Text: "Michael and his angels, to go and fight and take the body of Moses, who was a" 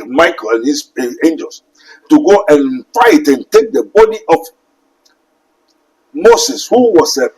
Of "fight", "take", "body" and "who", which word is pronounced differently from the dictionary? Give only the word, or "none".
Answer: none